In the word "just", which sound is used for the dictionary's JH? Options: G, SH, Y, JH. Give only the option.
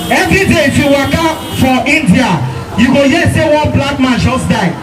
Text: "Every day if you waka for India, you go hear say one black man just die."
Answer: SH